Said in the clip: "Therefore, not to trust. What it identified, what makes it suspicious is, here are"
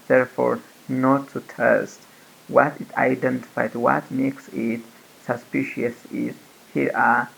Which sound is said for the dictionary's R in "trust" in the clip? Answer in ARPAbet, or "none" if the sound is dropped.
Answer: none